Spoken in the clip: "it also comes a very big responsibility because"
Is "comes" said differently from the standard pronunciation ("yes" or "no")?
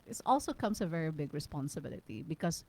yes